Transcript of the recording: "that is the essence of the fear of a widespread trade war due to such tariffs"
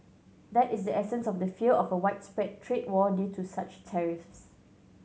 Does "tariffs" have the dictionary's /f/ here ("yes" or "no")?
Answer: yes